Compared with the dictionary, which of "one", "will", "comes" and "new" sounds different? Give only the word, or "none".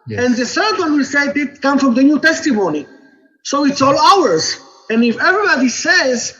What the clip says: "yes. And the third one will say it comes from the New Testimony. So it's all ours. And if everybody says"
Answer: comes